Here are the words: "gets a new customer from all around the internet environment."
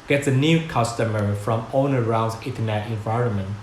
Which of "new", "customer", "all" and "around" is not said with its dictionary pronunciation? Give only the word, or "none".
all